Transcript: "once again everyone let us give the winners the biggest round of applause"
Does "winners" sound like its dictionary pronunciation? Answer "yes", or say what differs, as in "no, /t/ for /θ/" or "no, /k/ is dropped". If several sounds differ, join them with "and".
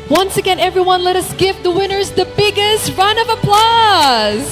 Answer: yes